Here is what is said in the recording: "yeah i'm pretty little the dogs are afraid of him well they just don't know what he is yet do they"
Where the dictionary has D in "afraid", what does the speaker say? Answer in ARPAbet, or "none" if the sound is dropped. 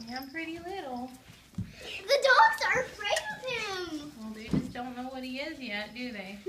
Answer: none